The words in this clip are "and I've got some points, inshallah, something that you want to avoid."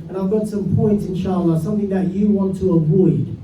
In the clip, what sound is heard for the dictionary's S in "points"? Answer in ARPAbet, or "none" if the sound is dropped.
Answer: S